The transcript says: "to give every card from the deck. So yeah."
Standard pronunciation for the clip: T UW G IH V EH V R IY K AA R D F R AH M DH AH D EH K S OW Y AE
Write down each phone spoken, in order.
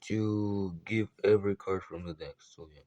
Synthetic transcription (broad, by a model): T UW G IH V EH V R IY K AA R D F R AH M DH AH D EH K S OW Y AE